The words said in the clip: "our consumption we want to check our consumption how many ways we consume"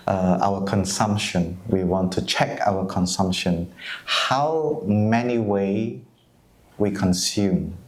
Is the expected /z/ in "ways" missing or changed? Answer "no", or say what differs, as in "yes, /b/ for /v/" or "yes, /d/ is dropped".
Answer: yes, /z/ is dropped